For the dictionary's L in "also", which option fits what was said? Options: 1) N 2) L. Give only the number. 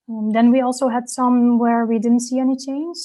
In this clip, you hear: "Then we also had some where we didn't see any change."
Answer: 2